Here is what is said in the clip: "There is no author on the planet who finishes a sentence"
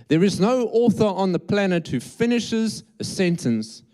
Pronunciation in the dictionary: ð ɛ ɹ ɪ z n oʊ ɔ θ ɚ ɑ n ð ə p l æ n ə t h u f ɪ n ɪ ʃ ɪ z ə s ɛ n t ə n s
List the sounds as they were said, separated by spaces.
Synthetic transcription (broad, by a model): ð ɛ ɹ ɪ z n oʊ ɔ θ ɚ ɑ n ð ə p l æ n ə t h u f ɪ n ɪ ʃ ɪ z ə s ɛ n t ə n s